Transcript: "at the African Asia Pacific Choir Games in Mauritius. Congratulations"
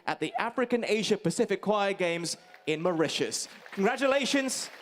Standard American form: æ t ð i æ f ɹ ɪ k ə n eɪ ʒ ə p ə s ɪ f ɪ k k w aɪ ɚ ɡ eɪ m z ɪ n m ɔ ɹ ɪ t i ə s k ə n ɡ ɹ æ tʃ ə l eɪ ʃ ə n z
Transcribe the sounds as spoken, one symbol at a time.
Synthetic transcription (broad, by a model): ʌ t ð i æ f ɹ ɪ k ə n eɪ ʒ ə p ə s ɪ f ɪ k k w aɪ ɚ ɡ eɪ m z ɪ n m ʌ ɹ ɪ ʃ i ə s k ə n ɡ ɹ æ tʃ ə l eɪ ʃ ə n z